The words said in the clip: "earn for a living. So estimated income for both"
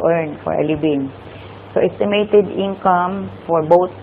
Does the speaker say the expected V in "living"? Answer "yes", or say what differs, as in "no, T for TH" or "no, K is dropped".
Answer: no, B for V